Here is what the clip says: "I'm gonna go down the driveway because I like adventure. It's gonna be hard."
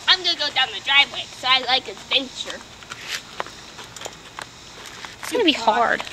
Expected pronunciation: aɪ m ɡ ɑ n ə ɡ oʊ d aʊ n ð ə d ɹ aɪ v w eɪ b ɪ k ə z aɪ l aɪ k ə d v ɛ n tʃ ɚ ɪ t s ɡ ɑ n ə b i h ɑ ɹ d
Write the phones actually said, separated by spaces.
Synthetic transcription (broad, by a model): aɪ m ɡ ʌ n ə ɡ oʊ d aʊ n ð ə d ɹ aɪ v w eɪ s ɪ ə aɪ l aɪ k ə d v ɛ n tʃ ɚ ɪ t s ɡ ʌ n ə b i h ɑ ɹ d